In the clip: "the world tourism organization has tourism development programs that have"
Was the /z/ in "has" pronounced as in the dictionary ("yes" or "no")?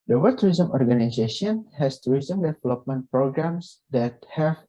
no